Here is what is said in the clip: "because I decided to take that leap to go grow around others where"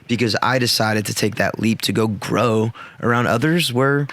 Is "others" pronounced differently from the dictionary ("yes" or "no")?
no